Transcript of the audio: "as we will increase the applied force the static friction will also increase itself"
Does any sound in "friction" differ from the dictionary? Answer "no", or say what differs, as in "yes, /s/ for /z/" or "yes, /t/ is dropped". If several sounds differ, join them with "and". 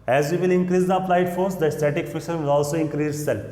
yes, /ɹ/ is dropped